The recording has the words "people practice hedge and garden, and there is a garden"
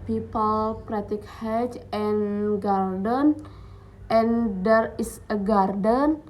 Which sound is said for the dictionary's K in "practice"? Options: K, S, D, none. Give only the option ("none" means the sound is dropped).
none